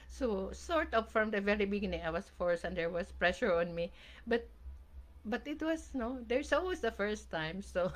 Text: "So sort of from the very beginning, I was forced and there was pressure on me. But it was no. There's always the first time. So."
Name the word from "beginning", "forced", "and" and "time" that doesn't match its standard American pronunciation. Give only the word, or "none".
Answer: forced